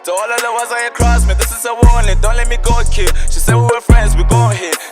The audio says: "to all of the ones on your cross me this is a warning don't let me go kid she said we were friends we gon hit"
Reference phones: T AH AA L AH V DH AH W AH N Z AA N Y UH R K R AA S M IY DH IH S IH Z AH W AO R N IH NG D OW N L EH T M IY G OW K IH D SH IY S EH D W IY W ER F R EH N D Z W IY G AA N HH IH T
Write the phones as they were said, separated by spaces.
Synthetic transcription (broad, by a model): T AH AA L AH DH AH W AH Z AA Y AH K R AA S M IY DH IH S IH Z AH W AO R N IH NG D OW N L EH T M IY G OW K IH SH IY S EH D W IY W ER F R EH N D Z W IY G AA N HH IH